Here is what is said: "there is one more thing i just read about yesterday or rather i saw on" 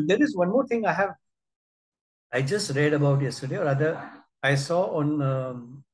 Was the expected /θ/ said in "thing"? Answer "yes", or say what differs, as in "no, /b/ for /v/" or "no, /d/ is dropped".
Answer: no, /t/ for /θ/